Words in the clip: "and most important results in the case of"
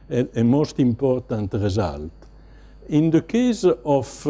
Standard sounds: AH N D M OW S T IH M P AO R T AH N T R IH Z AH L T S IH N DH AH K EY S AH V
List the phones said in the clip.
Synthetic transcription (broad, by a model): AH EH M OW S T IH M P AO R T AH N T R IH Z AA L T IH N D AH K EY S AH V